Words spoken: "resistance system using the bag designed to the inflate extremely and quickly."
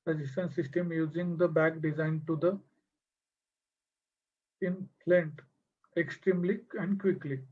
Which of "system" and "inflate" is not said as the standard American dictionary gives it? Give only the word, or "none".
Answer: inflate